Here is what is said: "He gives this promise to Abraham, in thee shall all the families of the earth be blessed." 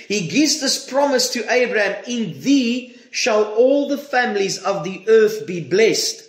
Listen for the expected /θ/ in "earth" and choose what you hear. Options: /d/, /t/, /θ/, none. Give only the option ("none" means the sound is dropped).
/θ/